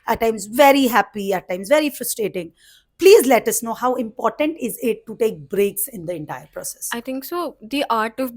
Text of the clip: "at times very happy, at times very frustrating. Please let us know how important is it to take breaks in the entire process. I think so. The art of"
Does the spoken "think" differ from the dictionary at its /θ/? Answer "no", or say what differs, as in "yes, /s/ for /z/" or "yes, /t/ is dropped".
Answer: yes, /t/ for /θ/